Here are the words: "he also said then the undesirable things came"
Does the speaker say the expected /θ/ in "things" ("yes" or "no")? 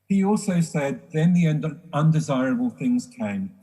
yes